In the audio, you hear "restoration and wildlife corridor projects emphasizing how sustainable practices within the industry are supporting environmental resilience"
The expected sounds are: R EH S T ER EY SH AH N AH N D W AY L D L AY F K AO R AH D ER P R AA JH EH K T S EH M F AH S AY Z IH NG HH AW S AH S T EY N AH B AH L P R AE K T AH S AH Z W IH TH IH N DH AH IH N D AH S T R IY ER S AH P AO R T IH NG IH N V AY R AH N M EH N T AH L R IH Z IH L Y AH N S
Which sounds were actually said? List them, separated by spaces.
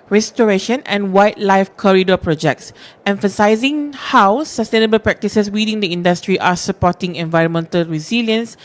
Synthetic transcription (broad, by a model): R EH S T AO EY SH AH N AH N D W AY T L AY F K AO R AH D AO P R AA JH EH K T S EH M F AH S AY Z IH NG HH AW S AH S T EY N AH B AH L P R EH K T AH S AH S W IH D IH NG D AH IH N D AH S T R IY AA S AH P AO T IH NG IH N V AY R AH N M EH N T AH L R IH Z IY L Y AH N S